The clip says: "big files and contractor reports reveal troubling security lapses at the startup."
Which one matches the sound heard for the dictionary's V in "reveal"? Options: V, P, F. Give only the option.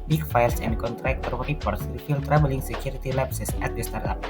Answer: F